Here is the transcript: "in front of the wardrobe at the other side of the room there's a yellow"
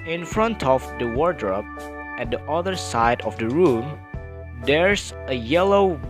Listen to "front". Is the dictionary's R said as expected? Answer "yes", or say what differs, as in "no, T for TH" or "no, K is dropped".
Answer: yes